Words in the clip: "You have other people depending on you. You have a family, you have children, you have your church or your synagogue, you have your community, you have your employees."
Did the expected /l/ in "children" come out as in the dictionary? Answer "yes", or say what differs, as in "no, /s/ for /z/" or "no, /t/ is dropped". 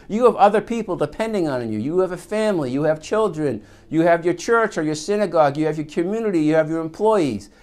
yes